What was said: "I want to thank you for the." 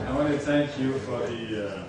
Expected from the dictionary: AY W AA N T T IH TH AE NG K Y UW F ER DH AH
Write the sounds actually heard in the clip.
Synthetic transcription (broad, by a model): AY W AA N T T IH TH AE NG K Y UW F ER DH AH